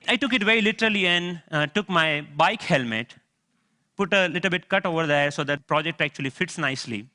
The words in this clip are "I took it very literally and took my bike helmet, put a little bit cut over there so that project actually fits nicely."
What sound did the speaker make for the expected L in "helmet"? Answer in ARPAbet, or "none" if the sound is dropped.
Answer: L